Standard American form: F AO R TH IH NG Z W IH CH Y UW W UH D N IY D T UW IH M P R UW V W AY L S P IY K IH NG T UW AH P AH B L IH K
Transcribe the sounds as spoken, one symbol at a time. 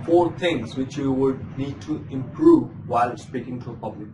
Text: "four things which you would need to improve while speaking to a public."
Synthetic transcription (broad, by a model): F AO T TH IH NG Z W IH CH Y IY W UH D N IY D T UW IH M P R UW V W AY L S P IY K IH NG T UW AH P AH B L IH K